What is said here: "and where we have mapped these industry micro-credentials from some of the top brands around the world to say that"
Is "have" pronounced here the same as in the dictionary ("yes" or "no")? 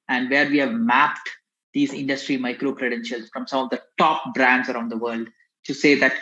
yes